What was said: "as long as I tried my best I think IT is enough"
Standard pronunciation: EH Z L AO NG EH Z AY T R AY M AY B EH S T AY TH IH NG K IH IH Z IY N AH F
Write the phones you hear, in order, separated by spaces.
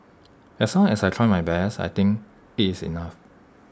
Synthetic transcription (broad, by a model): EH S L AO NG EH S AY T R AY M AY B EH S AY T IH NG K IH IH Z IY N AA F